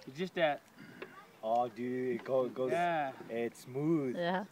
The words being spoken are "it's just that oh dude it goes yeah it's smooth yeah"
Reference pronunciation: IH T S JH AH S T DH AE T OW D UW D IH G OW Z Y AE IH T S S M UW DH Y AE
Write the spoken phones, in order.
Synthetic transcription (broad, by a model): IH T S JH AH S T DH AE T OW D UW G IH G OW Y AE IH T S S M UW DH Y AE